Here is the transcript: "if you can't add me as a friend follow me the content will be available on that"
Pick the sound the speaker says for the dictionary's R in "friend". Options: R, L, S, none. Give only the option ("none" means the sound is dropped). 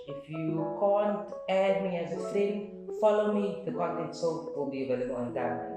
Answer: L